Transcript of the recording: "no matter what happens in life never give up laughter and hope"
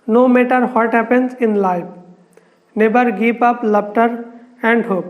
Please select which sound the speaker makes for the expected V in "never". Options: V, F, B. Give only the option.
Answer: B